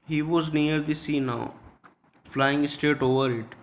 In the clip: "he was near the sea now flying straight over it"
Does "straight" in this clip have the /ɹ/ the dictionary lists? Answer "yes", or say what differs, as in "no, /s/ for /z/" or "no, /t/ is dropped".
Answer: no, /ɹ/ is dropped